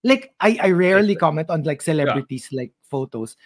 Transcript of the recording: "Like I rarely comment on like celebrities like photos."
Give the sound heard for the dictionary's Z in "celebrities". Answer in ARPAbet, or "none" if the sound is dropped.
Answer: S